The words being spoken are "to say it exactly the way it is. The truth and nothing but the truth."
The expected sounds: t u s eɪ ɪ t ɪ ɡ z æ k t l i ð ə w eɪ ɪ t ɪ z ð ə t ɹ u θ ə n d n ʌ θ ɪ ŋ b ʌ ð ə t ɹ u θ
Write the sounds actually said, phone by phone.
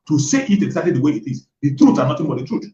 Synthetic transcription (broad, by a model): t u s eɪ ɪ t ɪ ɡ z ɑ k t l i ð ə w eɪ ɪ t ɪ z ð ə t ɹ u t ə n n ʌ t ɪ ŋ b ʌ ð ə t ɹ u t